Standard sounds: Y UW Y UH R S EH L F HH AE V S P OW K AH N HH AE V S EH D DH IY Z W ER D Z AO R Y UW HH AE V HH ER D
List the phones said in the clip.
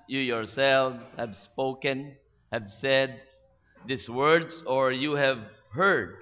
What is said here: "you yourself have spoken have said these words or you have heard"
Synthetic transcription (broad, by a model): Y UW Y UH R S EH L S HH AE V S P OW K AH N HH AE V S EH D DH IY S W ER D S AO R Y UW HH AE V HH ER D